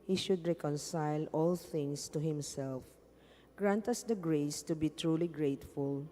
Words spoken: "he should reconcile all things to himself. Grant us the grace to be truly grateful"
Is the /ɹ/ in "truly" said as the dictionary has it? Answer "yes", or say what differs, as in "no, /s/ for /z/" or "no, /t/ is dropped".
yes